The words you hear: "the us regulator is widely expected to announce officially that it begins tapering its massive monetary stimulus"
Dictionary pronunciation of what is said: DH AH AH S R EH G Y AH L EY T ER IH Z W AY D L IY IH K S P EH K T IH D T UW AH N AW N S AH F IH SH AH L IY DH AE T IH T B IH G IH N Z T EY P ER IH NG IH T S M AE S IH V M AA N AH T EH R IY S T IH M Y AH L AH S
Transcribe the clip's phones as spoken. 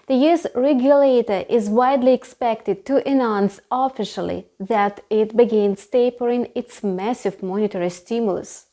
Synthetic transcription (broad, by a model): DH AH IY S R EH G Y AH L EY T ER IH Z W AY D L IY IH K S P EH K T IH D T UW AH N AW N S AH F IH SH AH L IY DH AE T IH T B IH G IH N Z T EY P ER IH NG IH T S M AE S IH V M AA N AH T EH R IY S T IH M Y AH L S